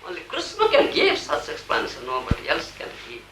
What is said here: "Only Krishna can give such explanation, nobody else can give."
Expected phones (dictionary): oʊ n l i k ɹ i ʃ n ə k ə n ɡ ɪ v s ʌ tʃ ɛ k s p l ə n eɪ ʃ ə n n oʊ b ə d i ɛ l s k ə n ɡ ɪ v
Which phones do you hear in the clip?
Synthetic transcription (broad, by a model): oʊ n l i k ɹ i s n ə k ə n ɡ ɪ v s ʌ s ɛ k s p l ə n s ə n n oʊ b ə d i ɛ l s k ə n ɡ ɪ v